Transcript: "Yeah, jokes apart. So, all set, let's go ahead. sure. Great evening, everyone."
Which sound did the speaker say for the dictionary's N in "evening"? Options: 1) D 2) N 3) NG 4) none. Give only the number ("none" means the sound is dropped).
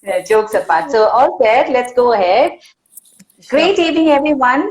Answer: 4